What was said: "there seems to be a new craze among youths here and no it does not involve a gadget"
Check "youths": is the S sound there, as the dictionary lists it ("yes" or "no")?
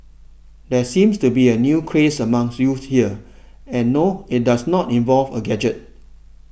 no